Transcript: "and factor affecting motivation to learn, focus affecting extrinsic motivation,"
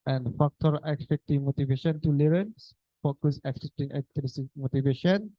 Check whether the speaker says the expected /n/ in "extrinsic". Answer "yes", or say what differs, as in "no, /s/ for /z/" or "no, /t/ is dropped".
no, /n/ is dropped